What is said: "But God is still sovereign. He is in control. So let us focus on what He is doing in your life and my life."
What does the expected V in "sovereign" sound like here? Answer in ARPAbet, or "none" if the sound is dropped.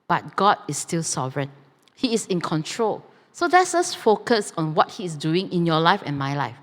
V